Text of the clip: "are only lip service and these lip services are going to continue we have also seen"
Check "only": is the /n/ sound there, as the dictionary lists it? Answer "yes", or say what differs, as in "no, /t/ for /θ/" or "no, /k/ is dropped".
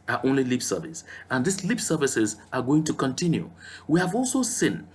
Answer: yes